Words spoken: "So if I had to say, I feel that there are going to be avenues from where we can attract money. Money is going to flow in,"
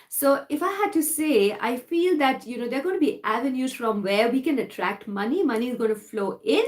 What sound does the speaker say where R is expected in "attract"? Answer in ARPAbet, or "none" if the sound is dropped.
R